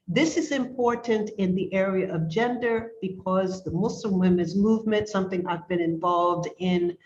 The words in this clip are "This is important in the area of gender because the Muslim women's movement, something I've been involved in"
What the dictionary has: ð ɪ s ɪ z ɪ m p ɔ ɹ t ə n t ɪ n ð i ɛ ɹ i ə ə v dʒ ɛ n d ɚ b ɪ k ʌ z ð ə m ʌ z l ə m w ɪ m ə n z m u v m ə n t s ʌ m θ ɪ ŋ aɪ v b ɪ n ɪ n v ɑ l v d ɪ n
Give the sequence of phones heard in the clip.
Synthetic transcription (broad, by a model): ð ɪ s ɪ z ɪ m p ɔ ɹ t n t ɪ n ð i ɛ ɹ i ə ə v dʒ ɛ n d ɚ b ɪ k ʌ z ð ə m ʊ s l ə m w ɪ m ə n z m u v m ə n t s ʌ m θ ɪ ŋ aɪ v b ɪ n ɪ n v ɑ l v d ɪ n